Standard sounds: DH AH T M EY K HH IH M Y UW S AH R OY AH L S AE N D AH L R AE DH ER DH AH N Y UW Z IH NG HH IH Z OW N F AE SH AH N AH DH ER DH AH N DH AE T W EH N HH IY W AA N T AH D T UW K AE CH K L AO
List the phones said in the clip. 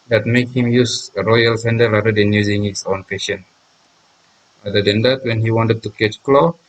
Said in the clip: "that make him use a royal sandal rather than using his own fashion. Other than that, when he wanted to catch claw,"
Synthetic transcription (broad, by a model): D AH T M EY K HH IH M Y UW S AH R OY AH L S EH N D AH R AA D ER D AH N Y UW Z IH NG HH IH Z OW N P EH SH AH N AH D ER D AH N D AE T W EH N HH IY W AA N T AH D T UW K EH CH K L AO